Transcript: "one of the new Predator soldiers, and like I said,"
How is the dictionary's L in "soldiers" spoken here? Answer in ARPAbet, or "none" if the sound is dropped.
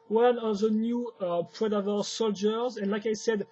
L